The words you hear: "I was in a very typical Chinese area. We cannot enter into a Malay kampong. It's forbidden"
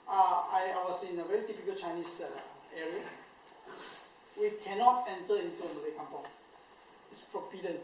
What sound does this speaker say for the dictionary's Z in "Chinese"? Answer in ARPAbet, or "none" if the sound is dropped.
S